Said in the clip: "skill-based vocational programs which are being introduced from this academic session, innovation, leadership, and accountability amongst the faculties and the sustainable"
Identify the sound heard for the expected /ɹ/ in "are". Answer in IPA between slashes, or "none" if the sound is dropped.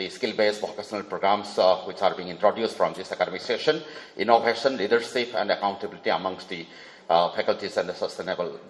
/ɹ/